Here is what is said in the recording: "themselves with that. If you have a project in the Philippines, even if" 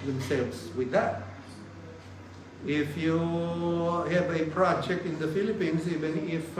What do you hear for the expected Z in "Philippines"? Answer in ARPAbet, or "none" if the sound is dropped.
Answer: S